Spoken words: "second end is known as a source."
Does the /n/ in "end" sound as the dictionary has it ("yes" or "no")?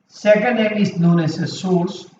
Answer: no